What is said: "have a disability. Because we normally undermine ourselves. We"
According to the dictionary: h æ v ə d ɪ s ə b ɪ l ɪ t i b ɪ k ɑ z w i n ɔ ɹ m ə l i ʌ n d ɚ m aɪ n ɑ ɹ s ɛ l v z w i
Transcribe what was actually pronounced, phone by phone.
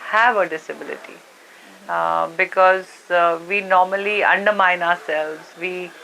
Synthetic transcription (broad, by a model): h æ v ə d ɪ s ə b ɪ l ɪ t i b ɪ k ɑ z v i n ɔ ɹ m ə l i ʌ n d ɚ m aɪ n ɑ ɹ s ɛ l v z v i